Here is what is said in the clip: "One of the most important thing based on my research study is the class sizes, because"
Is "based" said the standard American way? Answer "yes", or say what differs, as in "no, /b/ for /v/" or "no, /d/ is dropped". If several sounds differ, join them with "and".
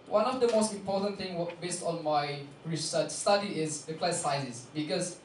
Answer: yes